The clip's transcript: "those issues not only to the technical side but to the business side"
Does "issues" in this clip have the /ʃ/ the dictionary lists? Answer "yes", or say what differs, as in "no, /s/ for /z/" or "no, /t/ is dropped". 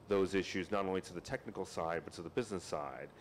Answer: yes